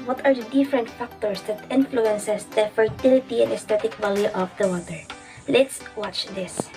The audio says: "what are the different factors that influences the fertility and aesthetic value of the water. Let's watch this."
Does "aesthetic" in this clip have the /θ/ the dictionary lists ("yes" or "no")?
no